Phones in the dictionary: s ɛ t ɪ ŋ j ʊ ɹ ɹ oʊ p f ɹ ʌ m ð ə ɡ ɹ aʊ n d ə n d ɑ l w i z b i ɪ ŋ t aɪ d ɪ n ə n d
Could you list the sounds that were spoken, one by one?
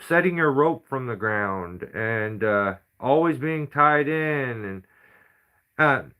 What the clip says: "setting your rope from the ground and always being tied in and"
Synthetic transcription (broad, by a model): s ɛ t ɪ ŋ j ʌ ɹ ɹ oʊ p f ɹ ʌ m ð ə ɡ ɹ aʊ n d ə n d ɑ l w i z b i ɪ ŋ t aɪ d ɪ n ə n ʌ